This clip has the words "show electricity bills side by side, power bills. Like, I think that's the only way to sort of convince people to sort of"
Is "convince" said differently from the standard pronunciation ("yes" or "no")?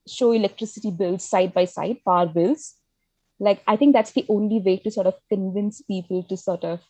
no